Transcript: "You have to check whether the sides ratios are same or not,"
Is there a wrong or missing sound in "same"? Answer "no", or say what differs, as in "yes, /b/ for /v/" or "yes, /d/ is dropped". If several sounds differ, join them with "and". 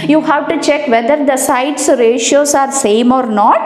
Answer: no